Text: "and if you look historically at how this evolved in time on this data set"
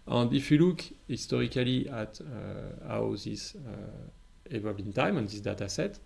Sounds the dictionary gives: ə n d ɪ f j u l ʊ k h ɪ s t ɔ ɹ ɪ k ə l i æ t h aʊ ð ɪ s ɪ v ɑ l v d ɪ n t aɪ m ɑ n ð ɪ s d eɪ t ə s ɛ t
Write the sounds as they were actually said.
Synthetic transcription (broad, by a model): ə n d ɪ f j u l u k h ɪ s t ɔ ɹ ɪ k ə l i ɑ t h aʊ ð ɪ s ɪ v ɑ v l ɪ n t aɪ m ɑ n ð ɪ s d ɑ t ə s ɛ t